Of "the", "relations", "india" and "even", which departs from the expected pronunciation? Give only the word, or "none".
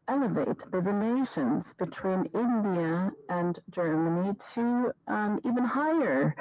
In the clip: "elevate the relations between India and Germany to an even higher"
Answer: none